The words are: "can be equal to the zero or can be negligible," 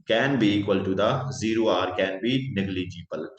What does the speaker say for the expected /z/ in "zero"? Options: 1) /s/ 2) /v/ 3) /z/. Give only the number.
3